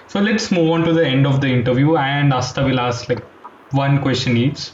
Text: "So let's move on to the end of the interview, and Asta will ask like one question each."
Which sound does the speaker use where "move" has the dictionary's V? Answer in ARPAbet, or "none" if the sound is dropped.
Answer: V